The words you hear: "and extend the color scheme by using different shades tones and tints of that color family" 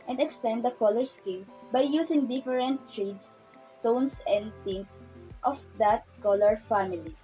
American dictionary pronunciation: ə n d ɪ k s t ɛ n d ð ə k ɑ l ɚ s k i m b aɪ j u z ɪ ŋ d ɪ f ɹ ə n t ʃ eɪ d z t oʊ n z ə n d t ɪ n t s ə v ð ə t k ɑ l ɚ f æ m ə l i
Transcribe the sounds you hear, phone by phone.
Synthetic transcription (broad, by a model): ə n d ɪ k s t ɛ n d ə k ɑ l ɚ s k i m b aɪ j u s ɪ ŋ d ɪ f ɹ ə n t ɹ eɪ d s t oʊ n s ə n d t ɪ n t s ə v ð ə t k ɑ l ɚ f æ m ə l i